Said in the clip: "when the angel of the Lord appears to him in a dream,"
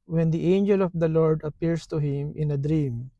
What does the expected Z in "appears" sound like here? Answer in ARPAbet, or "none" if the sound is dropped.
S